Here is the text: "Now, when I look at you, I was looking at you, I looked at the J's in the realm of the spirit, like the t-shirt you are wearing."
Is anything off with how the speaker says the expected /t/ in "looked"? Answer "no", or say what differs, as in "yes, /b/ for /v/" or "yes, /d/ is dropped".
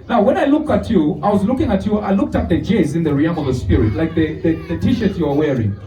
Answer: no